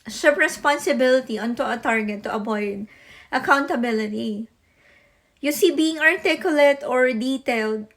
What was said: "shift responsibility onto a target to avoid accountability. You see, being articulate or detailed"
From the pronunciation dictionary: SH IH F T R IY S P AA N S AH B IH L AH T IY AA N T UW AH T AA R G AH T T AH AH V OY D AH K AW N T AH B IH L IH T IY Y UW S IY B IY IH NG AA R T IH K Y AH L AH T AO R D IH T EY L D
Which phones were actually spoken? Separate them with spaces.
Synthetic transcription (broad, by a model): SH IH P R IY S P AA N S AH B IH L AH T IY AA N T UW AH T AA R G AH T T AH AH B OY D AH K AW N T AH B IH L IH T IY Y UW S IY B IY IH NG AA R T IH K Y AH L AH T AO R D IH T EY L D